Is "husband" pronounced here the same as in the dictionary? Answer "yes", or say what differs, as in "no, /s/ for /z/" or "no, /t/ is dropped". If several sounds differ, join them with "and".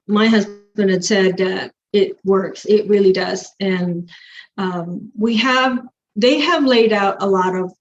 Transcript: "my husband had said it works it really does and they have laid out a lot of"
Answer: yes